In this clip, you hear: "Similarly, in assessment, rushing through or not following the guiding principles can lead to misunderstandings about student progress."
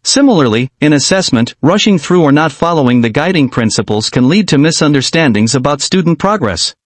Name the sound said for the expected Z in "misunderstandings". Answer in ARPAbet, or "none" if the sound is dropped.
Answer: Z